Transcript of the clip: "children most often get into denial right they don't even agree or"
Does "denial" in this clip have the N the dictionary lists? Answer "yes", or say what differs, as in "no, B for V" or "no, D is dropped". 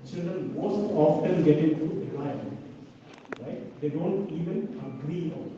no, L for N